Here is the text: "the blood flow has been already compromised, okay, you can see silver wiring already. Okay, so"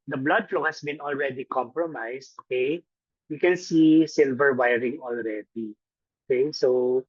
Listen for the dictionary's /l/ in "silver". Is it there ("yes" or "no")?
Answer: yes